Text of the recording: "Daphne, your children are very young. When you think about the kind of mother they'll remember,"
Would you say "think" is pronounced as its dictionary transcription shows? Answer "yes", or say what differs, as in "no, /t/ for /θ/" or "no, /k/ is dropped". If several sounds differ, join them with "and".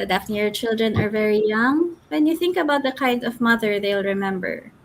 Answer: yes